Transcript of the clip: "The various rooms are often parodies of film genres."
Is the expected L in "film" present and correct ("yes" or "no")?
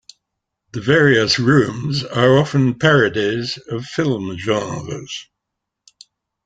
yes